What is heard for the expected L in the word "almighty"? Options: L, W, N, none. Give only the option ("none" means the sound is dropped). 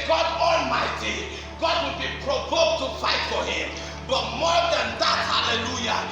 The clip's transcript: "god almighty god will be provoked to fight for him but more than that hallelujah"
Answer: L